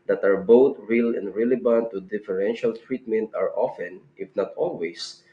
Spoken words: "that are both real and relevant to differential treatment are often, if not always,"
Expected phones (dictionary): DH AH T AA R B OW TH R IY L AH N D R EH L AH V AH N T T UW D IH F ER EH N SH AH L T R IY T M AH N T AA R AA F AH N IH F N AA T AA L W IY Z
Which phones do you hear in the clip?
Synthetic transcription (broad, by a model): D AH T AA R B OW T R IY L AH N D R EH L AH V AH N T T UW D IH F ER EH N SH AH L T R IY T M AH N T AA R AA F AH N IH F N AA T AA L W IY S